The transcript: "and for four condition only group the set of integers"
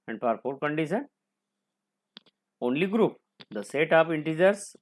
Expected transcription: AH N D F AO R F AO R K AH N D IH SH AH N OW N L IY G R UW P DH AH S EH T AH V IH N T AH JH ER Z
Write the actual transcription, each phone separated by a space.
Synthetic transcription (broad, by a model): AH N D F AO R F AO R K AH N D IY S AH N OW N L IY G R UW P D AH S EH T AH P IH N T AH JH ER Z